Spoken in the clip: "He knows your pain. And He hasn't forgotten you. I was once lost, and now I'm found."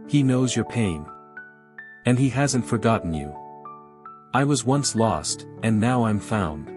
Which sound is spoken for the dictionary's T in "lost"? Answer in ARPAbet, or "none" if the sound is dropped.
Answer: T